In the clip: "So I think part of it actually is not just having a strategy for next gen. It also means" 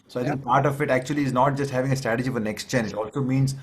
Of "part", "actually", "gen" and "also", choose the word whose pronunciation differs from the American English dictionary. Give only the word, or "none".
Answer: gen